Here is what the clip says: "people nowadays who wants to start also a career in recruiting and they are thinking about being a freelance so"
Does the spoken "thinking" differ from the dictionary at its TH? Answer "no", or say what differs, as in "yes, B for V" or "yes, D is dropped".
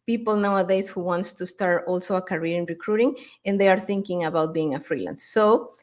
no